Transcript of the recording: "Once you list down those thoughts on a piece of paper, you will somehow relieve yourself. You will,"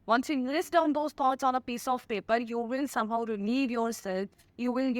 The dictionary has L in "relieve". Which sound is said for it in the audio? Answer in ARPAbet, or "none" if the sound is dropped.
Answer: N